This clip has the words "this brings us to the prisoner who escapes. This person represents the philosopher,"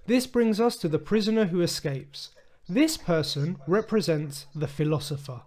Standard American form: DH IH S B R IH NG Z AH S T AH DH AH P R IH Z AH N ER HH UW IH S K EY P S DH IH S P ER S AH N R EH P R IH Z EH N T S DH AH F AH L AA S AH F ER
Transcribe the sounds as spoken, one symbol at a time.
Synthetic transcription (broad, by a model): DH IH S B R IH NG Z AH S T AH DH AH P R IH Z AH N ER HH UW IH S K EY P S DH IH S P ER S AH N R EH P R IH Z EH N T S DH AH F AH L AA S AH F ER